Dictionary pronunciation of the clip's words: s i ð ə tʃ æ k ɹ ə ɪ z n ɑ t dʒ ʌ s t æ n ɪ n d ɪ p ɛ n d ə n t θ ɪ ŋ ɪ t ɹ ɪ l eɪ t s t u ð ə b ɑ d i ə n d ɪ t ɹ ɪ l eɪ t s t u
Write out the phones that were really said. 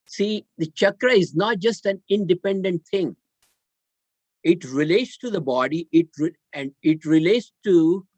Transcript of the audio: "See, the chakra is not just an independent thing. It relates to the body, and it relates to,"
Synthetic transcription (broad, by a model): s i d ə tʃ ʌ k ɹ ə ɪ z n ɑ t dʒ ʌ s t æ n ɪ n d ɪ p ɛ n d ə n t t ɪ ŋ ɪ t ɹ ɪ l eɪ t s t u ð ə b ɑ d i ə n d ɪ t ɹ ɪ l eɪ t s t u